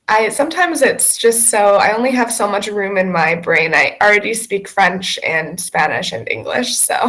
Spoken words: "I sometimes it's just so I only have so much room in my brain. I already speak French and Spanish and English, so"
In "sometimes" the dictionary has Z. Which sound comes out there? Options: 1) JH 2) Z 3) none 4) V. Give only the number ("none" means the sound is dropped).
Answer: 2